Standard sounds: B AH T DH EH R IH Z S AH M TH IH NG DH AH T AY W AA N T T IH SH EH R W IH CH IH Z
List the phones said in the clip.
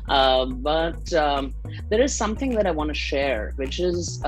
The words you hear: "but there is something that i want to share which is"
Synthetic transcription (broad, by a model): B AH T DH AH R IH Z S AH M TH IH NG DH AH T AY W AA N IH SH EH R W IH CH IH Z